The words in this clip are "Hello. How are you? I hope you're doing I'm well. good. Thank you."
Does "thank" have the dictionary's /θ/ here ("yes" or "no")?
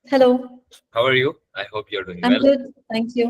no